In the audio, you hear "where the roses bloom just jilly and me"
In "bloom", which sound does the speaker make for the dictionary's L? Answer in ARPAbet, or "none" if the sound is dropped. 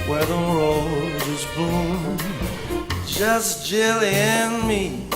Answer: none